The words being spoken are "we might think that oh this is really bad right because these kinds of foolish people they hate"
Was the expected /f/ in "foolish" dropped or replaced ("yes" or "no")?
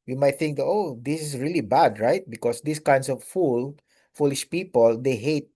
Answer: no